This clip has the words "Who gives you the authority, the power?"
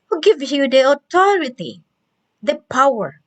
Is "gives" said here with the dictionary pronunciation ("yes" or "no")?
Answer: no